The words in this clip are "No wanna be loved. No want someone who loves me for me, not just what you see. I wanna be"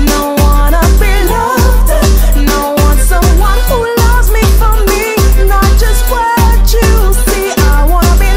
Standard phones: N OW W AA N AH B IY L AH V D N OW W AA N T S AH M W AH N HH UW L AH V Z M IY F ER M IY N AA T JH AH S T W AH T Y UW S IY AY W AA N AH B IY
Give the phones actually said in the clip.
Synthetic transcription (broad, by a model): N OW W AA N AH B IY L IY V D N OW W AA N S AH M W AH N HH UW L AH V Z M IY F ER M IY N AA T JH AH S T W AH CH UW S IY AY W AA N AH B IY